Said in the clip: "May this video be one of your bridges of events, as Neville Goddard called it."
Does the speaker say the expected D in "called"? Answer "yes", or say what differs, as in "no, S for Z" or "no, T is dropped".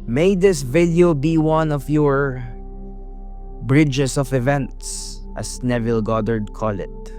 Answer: no, D is dropped